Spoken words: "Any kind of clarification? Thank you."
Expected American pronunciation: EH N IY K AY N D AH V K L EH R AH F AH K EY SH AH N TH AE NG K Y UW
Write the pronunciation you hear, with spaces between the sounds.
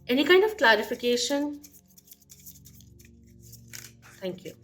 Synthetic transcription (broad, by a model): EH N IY K AY N D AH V K L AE R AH F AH K EY SH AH N T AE NG K Y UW